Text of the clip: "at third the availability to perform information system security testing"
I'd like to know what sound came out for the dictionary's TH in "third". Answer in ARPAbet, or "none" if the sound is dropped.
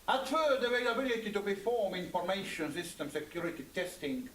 F